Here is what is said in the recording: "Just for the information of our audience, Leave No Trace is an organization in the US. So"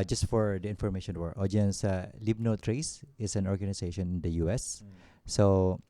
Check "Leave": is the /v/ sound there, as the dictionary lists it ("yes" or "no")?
no